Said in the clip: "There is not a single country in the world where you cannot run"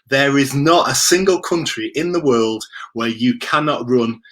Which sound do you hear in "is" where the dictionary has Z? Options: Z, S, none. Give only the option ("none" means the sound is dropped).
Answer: Z